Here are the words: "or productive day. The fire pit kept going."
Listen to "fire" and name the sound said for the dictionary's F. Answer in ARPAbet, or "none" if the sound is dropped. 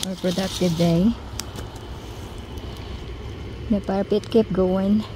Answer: P